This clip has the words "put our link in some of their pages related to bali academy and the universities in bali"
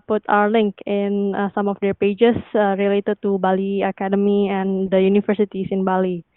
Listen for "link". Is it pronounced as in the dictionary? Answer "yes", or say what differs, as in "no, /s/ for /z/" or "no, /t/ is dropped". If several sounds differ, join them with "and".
yes